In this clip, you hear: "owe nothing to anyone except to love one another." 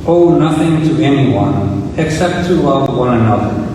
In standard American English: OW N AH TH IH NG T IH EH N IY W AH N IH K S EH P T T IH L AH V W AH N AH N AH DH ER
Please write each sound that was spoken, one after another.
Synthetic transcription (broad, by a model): OW N AH TH IH NG T IH EH N IY W AH N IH K S EH P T T IH L AH V W AH N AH N AH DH ER